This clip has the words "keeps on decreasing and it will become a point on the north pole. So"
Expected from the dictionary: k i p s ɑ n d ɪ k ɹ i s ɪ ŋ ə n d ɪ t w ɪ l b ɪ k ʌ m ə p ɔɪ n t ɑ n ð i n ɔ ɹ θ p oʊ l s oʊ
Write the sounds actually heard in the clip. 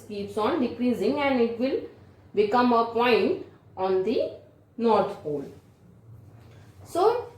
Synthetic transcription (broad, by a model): k i p s ɑ n d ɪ k ɹ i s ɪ ŋ ə n d ɪ t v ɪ l b ɪ k ʌ m ə p ɔɪ n t ɑ n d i n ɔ ɹ t p oʊ l s oʊ